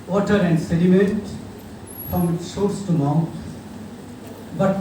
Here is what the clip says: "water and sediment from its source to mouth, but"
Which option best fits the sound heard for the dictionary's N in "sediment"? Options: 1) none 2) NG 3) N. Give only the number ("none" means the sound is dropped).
1